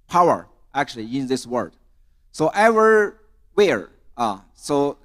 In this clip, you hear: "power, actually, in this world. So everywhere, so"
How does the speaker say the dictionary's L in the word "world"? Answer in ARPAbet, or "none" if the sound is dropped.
none